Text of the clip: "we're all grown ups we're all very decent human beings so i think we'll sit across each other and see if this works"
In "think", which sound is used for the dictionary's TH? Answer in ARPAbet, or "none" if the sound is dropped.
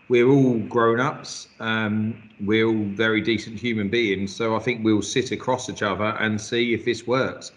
TH